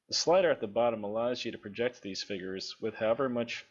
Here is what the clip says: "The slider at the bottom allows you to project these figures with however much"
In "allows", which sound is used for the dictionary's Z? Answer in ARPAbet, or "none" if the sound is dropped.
Z